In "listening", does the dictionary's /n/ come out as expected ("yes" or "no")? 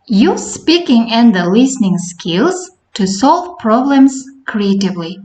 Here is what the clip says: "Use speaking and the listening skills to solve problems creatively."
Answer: yes